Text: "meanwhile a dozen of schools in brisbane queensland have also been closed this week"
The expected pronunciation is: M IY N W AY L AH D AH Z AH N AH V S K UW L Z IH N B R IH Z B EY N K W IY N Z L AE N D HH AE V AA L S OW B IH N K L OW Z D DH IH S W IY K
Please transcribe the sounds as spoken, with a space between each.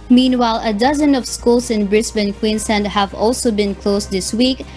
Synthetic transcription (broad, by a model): M IY N W AY L AH D AH Z AH N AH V S K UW L S IH N B R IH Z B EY N K W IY N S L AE N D HH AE V AA L S OW B IH N K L OW S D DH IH S W IY K